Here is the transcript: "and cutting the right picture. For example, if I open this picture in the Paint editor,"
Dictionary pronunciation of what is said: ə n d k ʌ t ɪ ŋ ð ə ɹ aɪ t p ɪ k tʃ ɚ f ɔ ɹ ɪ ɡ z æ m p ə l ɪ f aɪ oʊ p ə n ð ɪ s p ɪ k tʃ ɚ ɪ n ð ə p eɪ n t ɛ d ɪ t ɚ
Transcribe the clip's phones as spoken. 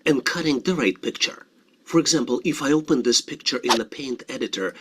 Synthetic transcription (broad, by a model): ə n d k ʌ t ɪ ŋ ð ə ɹ aɪ t p ɪ k tʃ ɚ f ɔ ɹ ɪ ɡ z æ m p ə l ɪ f aɪ oʊ p ə n ð ɪ s p ɪ k tʃ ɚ ɪ n ð ə p eɪ n t ɛ d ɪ t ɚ